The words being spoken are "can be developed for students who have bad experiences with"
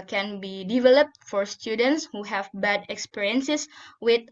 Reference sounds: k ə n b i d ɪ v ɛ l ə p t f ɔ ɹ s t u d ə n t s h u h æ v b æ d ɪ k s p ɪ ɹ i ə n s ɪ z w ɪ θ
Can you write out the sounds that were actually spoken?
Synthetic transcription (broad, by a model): k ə n b i d ɪ v ɛ l ə p t f ɔ ɹ s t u d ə n t s h u h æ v b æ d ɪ k s p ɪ ɹ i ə n s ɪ s w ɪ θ